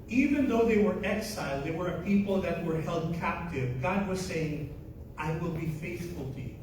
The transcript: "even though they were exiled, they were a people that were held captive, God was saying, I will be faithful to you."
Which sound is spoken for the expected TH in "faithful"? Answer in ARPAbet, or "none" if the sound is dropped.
TH